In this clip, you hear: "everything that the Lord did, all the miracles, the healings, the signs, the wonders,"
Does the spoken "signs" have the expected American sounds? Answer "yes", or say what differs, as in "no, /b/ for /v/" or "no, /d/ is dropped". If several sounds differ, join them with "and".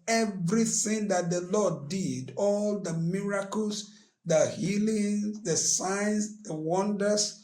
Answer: no, /s/ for /z/